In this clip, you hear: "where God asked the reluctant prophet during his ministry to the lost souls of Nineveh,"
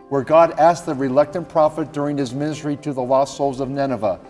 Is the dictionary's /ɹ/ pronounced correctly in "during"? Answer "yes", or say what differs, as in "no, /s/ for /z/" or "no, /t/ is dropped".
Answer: yes